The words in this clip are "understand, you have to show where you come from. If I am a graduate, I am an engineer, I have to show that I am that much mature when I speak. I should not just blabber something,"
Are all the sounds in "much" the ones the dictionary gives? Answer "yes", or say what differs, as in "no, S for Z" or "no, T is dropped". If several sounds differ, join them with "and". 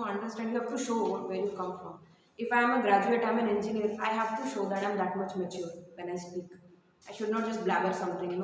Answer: yes